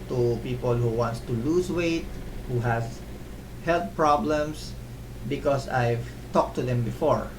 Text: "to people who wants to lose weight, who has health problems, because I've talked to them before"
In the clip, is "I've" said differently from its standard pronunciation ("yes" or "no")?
no